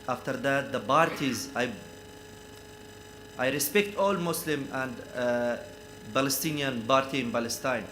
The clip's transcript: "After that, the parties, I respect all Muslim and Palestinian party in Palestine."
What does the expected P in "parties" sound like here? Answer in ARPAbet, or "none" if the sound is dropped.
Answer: B